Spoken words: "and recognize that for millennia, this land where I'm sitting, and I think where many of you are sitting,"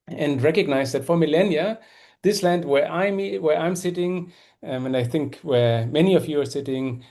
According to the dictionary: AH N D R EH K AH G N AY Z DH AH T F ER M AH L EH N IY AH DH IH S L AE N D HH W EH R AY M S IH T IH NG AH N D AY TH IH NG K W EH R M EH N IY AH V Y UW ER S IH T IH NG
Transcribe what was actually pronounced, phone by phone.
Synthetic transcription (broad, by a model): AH N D R EH K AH G N AY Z DH AH T F ER M AH L EH N IY AH DH IH S L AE N D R W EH R AY M S IH T IH NG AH N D AY TH IH NG K W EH R M EH N IY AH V Y UW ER S IH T IH NG